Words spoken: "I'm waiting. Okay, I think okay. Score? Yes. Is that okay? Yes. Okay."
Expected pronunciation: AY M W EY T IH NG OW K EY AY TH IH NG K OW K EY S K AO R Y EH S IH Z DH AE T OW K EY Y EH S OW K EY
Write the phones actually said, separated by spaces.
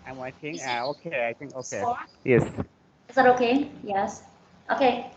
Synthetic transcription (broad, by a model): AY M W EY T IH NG OW K EY AY TH IH NG K OW K EY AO Y EH S IH Z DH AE T OW K EY Y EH S OW K EY